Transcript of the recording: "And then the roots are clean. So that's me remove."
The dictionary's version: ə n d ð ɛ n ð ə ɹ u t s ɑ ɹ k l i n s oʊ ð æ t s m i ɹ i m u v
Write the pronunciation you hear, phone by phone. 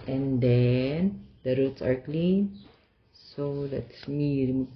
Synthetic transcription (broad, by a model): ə n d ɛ n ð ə ɹ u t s ɑ ɹ k l i n s oʊ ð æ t s m i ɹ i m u